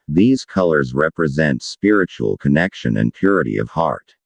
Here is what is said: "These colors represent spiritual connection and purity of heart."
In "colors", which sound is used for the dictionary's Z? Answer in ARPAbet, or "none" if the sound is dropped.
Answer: Z